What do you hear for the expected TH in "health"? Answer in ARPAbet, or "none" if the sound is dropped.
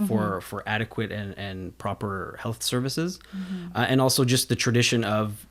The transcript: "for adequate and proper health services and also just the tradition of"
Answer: TH